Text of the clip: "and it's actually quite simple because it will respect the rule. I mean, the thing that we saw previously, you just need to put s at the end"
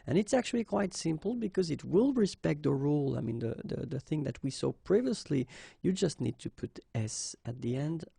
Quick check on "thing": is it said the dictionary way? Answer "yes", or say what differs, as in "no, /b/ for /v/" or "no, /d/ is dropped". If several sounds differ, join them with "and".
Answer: yes